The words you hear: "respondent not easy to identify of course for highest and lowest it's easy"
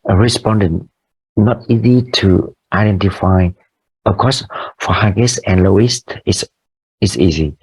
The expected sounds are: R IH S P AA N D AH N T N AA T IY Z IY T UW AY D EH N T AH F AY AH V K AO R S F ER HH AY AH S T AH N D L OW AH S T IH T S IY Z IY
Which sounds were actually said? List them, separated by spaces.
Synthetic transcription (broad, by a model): R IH S P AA N D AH N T N AA T IY Z IY T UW AY D EH N T AH F AY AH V K AO S F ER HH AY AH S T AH N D L OW AH S T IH S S IY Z IY